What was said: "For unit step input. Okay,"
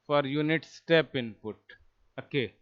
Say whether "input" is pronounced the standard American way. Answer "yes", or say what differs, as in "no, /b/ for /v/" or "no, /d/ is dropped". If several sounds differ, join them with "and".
yes